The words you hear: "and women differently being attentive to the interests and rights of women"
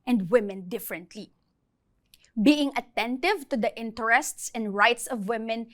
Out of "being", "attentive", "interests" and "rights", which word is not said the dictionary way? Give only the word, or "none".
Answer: none